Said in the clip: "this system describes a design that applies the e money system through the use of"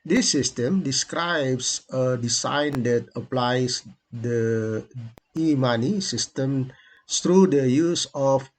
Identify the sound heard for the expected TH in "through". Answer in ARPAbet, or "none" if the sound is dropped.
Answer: T